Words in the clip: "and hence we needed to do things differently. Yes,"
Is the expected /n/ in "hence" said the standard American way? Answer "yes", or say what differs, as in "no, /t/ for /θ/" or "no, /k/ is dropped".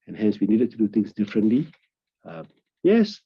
yes